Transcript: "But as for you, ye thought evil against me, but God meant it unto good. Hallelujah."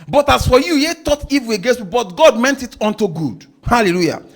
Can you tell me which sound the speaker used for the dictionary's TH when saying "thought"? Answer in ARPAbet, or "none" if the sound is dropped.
T